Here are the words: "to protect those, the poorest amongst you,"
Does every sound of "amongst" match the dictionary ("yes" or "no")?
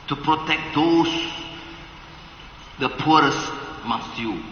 no